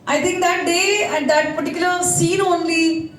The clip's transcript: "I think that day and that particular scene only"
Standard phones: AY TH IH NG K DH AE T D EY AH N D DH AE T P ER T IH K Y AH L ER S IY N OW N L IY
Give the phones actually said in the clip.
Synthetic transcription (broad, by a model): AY T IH NG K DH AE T D EY AH N D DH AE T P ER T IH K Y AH ER S IY N OW N L IY